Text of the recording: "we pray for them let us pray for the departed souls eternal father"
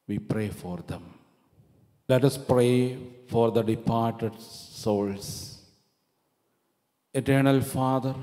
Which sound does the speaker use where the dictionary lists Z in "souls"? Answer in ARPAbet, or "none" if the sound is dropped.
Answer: S